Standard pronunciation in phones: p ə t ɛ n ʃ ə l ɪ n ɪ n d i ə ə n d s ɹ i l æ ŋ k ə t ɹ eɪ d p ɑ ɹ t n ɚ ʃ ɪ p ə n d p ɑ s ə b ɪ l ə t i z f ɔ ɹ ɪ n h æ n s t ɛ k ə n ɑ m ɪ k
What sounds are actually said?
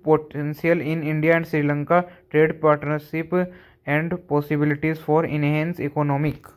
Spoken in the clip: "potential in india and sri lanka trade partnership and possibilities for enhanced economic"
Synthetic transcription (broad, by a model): p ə t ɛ n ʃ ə l ɪ n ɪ n d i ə ə n d s ɹ i l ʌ ŋ k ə t ɹ eɪ d p ɑ ɹ t n ɚ ʃ ɪ p ə n d p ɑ s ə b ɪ l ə t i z f ɔ ɹ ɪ n h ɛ n s ɛ k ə n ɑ m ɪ k